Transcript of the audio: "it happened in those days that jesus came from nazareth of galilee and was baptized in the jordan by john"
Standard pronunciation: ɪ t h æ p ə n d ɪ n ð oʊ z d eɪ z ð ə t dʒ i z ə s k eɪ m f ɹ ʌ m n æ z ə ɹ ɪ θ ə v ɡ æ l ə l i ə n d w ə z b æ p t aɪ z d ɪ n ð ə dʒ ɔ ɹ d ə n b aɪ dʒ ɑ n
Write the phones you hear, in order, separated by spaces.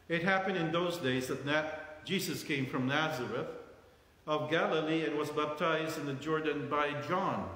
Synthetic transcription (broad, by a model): ɪ t h æ p ə n d ɪ n ð oʊ z d eɪ z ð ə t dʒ i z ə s k eɪ m f ɹ ʌ m n æ z ə ɹ ɪ θ ə v ɡ æ l ə l i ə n w ə z b æ p t aɪ z d ɪ n ð ə dʒ ɔ ɹ d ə n b aɪ dʒ ɑ n